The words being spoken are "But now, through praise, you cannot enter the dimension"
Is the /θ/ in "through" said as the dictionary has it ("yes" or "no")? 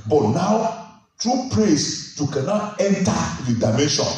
no